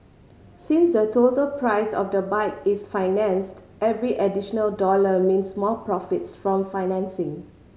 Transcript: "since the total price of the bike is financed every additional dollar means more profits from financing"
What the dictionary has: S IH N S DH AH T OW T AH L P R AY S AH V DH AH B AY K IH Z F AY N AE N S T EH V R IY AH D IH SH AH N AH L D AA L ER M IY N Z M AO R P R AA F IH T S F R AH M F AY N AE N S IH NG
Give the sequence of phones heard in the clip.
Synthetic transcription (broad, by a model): S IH N S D AH T OW T AH L P R AY S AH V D AH B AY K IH S F AY N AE N S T EH V R IY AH D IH SH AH N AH L D AA L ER M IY N S M AO L P R AA F IH T S F R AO M F AY N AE N S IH NG